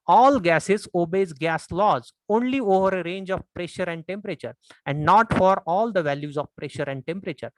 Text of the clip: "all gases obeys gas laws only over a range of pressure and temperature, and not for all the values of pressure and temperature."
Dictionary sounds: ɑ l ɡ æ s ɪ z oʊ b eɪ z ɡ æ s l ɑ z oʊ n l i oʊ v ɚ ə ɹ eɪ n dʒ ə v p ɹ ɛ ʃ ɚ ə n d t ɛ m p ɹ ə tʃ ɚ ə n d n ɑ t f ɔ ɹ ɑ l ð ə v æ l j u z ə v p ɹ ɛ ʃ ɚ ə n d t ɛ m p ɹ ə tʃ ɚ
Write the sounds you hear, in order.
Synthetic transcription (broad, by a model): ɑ l ɡ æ s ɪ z oʊ b eɪ z ɡ æ s l ɑ z oʊ n l i oʊ v ɚ ə ɹ eɪ n dʒ ə v p ɹ ɛ ʃ ɚ ə n d t ɛ m p ɹ ə tʃ ɚ ə n d n ɑ t f ɔ ɹ ɑ l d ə v æ l j u z ə v p ɹ ɛ ʃ ɚ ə n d t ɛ m p ɹ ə tʃ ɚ